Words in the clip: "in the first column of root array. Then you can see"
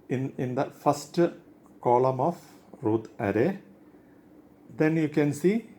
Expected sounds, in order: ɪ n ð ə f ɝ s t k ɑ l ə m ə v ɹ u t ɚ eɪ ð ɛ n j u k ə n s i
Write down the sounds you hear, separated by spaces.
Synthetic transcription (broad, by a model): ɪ n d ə f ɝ s t k ɑ l ə m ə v ɹ u t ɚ eɪ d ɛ n j u k ə n s i